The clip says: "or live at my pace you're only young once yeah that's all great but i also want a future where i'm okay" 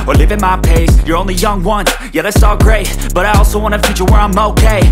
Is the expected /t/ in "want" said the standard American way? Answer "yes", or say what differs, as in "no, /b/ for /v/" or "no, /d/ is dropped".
no, /t/ is dropped